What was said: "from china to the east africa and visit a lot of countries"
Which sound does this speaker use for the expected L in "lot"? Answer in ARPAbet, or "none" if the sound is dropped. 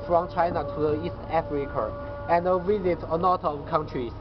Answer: N